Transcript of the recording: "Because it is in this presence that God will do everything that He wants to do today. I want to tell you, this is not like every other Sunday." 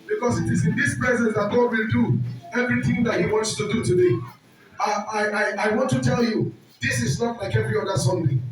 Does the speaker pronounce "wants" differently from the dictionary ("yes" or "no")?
no